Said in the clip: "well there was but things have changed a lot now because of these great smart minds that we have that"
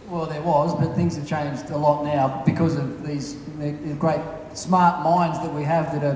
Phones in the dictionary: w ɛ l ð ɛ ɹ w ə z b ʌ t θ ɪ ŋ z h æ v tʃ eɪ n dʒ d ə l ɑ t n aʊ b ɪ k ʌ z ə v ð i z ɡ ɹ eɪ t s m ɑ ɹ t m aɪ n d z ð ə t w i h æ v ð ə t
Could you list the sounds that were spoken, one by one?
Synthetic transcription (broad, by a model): w ɛ l ð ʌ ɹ w ə z b ʌ t θ ɪ ŋ z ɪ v tʃ eɪ n dʒ d ə l ɑ t n aʊ b ɪ k ʌ z ə v ð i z ɡ ɹ eɪ t s m ɑ ɹ t m aɪ n d z ð ə t w i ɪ v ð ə t